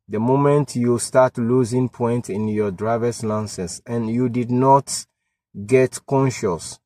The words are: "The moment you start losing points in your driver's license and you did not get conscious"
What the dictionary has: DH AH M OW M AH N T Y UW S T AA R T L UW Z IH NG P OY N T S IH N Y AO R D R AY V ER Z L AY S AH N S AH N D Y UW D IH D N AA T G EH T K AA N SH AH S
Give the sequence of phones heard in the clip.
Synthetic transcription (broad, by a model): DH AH M OW M AH N T Y UW S T AA T L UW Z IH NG P OY N T IH N Y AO D R AY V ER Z L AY S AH S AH N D Y UW D IH D N AA T G EH T K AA N SH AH S